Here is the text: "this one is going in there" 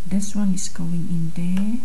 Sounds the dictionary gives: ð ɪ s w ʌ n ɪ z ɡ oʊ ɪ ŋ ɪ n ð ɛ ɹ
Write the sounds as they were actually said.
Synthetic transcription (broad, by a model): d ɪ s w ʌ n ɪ s ɡ oʊ ɪ ŋ ɪ n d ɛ